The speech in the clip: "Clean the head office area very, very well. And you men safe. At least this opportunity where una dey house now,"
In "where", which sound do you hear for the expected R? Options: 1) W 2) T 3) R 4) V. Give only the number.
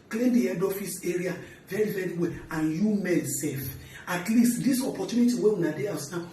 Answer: 1